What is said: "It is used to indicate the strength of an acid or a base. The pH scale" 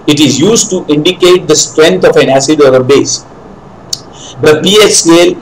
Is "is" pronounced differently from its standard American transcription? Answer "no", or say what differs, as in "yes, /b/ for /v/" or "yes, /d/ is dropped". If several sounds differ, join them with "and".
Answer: no